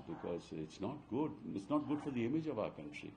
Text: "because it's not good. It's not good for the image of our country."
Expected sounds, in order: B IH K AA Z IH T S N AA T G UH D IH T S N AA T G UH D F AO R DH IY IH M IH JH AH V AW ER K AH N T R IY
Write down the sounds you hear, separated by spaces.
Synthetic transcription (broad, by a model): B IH K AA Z IH T S N AA T G UH D IH T S N AA T G UH D F AO R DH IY IH M IH JH AH V AW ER K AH N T R IY